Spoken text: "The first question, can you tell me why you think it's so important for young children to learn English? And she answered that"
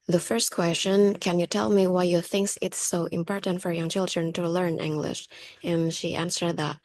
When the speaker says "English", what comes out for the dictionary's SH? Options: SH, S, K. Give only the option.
SH